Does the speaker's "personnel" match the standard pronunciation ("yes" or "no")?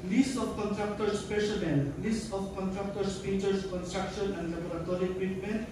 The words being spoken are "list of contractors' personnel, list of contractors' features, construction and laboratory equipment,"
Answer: no